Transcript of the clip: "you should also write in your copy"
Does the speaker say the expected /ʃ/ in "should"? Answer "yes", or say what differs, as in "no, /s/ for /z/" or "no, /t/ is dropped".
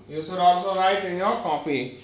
no, /s/ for /ʃ/